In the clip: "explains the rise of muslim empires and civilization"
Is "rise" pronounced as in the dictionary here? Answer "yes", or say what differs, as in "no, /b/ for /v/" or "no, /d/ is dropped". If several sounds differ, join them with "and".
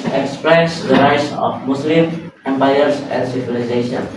no, /s/ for /z/